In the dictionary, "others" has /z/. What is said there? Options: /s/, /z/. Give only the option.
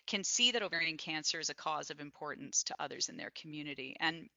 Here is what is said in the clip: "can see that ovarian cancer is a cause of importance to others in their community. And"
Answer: /z/